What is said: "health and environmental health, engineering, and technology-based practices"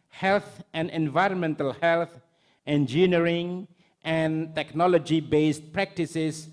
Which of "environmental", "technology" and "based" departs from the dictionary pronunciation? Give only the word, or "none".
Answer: none